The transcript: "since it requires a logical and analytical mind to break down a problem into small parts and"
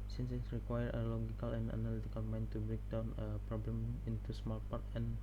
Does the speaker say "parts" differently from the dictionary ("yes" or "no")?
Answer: yes